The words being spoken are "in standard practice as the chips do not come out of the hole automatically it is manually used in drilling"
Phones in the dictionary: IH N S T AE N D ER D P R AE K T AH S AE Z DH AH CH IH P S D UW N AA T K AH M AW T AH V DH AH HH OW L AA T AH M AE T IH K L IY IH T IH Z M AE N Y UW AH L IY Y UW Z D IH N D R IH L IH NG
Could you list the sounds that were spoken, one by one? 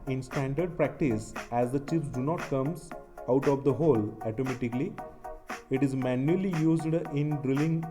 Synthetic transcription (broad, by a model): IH N S T AE N D ER D P R AE K T AH S AE Z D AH CH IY F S D UW N AA T K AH M AW T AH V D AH HH OW L AA T AH M AE T IH K L IY IH T IH Z M AE N Y UW AH L IY Y UW Z D IH N D R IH L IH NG